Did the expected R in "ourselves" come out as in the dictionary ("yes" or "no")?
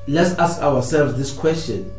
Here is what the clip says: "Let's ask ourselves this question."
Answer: no